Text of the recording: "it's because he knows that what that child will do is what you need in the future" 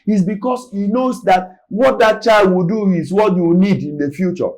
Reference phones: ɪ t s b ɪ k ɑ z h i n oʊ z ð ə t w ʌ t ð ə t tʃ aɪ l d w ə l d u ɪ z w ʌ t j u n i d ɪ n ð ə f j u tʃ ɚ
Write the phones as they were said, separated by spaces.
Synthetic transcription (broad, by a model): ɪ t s b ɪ k ɑ s h i n oʊ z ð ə t w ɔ t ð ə t tʃ aɪ l d w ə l d u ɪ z w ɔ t j u n i d ɪ n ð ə f j u tʃ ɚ